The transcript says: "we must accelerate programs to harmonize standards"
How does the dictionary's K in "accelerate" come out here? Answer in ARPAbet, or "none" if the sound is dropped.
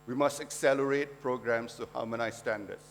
K